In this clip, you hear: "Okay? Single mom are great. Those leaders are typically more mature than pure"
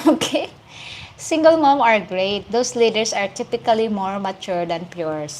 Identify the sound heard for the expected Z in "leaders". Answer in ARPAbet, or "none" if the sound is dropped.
S